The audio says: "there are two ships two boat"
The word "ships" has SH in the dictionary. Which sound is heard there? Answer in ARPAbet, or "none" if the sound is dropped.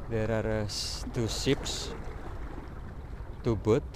S